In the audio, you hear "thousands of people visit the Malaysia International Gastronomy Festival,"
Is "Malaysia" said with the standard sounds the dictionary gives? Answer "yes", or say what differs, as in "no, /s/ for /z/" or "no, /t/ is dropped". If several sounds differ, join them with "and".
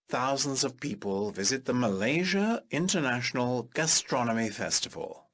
yes